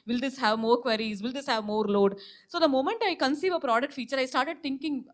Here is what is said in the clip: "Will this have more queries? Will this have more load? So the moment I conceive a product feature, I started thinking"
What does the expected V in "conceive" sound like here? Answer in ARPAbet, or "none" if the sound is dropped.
V